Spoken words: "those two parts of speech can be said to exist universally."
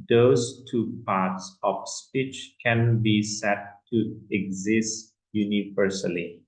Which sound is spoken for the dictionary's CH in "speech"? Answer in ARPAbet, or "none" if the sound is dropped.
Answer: CH